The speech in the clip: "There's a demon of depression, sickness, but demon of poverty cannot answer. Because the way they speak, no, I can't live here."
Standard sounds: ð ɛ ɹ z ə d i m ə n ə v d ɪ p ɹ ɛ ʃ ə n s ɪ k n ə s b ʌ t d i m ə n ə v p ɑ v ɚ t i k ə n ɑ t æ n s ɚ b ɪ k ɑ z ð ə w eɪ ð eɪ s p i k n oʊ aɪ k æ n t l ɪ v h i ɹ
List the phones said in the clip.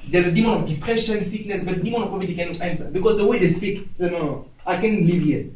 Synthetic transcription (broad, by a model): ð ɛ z ə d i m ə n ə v d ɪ p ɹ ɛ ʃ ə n s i k n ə s b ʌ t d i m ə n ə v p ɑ b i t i k ə n ɑ t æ n s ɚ b ɪ k ɑ z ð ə w eɪ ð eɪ s p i k n oʊ aɪ k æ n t l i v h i